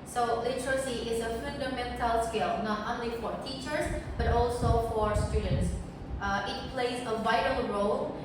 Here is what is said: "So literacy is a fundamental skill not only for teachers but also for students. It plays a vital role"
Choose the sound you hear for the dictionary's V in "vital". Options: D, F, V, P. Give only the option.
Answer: V